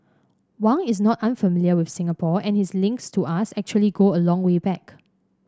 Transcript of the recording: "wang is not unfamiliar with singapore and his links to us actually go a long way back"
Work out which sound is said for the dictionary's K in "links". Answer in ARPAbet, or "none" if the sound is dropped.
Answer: K